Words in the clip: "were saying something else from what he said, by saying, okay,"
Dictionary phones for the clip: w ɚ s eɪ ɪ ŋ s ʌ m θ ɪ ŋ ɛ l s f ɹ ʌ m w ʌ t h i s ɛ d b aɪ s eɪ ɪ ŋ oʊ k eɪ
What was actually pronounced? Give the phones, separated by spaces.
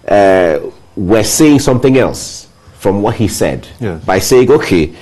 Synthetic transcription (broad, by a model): w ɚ s eɪ ɪ ŋ s ʌ m θ ɪ ŋ ɛ l s f ɹ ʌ m w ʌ t h i s ɛ d b aɪ s eɪ ɪ ŋ oʊ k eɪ